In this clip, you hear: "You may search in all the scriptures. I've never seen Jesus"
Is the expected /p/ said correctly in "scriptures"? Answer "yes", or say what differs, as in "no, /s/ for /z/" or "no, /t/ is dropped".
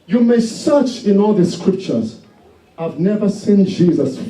yes